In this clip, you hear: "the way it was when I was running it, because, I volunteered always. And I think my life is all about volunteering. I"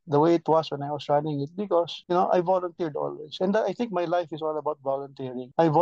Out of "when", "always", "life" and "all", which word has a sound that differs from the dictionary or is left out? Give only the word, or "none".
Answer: always